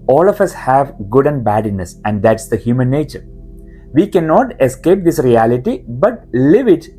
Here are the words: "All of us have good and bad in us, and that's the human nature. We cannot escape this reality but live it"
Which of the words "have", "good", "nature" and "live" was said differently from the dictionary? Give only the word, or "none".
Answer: none